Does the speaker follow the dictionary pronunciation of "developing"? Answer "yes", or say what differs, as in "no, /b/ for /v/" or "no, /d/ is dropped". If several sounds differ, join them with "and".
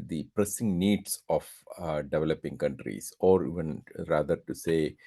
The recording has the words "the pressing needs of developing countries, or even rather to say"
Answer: yes